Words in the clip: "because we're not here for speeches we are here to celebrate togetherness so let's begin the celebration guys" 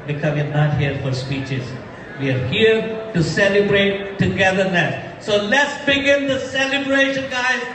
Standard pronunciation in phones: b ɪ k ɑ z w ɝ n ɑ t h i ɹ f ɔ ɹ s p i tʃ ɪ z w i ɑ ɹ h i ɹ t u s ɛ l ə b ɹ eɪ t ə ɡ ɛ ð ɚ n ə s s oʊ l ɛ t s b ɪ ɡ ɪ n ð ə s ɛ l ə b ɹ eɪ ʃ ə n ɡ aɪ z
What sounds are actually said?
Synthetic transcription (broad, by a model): b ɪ k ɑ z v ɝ n ɑ t h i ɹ f ɔ ɹ s p i tʃ ɪ z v i ɑ ɹ h i ɹ t u s ɛ l ə b ɹ eɪ t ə ɡ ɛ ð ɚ l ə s s oʊ l ɛ t s b ɪ ɡ ɪ n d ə s ɛ l ə b ɹ eɪ ʃ ə n ɡ aɪ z